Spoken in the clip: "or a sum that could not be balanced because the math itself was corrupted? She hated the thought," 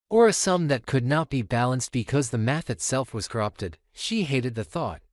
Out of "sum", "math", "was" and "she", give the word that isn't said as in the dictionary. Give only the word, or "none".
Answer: none